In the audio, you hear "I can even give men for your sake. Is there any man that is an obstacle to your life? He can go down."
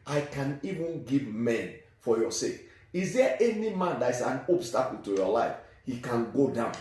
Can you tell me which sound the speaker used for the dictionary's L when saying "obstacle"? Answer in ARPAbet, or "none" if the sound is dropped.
N